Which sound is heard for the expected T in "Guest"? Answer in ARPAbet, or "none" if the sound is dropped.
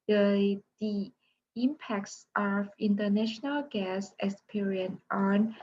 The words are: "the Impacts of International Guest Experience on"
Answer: none